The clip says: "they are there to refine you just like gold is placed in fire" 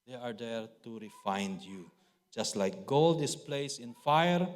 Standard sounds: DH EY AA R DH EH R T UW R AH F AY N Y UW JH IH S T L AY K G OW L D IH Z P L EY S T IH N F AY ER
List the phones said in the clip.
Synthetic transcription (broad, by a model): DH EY AA R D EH R T UW R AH F AY N Y UW JH IH S T L AY K G OW L D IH S P L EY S IH N F AY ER